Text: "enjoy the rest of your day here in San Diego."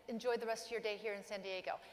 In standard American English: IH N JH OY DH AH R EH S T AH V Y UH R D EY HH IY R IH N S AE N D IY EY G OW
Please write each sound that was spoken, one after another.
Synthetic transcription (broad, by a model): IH N JH OY DH AH R EH S T AH V Y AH R D EY HH IY R IH N S AE N D IY EY G OW